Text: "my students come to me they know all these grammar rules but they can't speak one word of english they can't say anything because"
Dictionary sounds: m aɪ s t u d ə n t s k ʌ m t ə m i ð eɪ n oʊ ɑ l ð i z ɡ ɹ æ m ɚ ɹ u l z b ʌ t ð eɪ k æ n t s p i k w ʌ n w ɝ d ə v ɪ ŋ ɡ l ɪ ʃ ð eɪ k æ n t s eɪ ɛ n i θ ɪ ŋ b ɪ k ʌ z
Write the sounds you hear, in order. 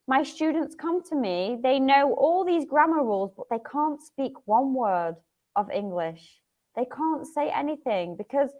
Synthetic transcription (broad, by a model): m aɪ s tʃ u d n t s k ʌ m t ə m i ð eɪ n oʊ ɑ l ð i z ɡ ɹ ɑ m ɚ ɹ u l z b ʌ t ð eɪ k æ n t s p i k w ʌ n w ɝ d ə v ɪ ŋ ɡ l ɪ ʃ ð eɪ k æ n t s eɪ ɛ n i θ ɪ ŋ b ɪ k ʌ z